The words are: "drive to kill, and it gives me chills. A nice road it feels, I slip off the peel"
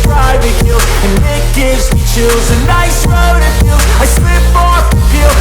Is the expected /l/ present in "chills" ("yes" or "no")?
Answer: no